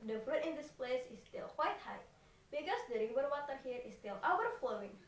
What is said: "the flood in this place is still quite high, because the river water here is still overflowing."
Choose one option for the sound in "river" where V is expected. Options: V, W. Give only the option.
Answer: W